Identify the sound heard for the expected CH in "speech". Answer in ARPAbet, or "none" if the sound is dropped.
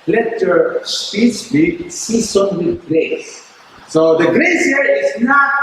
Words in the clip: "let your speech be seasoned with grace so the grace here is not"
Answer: S